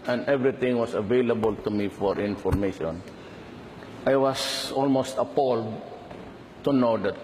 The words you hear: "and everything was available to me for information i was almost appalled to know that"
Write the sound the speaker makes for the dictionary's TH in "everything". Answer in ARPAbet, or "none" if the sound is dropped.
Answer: T